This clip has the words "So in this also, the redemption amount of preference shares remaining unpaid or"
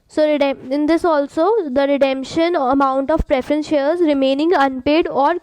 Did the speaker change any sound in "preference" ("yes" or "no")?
no